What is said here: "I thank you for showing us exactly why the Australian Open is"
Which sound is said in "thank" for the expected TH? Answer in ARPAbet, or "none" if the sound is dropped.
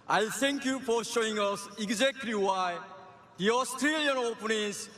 T